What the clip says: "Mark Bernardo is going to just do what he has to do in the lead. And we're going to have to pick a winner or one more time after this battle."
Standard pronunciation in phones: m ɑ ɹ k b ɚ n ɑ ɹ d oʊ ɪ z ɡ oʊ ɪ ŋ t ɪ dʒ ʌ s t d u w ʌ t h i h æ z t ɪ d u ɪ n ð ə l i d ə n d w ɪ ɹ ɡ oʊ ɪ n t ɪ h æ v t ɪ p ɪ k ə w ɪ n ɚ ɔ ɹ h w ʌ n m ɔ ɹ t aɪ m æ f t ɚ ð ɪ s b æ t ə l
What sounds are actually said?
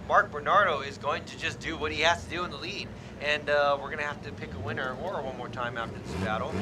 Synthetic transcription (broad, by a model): m ɑ ɹ k b ɚ n ɑ ɹ d oʊ ɪ z ɡ oʊ ɪ ŋ t ɪ dʒ ʌ s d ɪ w ʌ t h i h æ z t ɪ d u ɪ n ð ə l i d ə n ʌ w ɪ ɹ ɡ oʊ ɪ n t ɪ h æ f t ɪ p ɪ k ə w ɪ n ɚ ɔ ɹ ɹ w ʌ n m ɔ ɹ t aɪ m æ f t ɚ ð ɪ s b æ t l